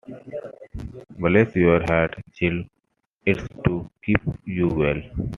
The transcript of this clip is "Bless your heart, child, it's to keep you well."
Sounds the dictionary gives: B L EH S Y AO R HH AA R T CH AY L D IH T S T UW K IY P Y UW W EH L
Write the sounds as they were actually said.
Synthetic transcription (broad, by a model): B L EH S Y AO R HH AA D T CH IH L IH T S T UW K IY P Y UW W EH L